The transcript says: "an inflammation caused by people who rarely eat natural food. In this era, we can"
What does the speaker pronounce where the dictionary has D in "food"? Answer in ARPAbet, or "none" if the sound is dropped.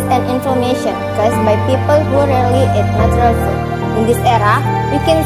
none